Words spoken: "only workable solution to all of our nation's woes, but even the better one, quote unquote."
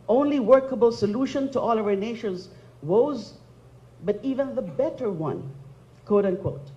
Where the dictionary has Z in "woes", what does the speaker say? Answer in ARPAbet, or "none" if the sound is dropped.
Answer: Z